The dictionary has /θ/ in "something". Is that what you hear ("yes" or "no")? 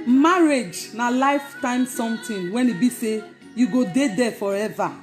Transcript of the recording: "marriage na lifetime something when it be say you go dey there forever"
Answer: no